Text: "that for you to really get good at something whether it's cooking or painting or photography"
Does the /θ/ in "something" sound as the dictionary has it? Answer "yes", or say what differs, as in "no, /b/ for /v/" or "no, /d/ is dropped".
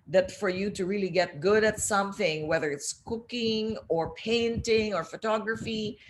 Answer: yes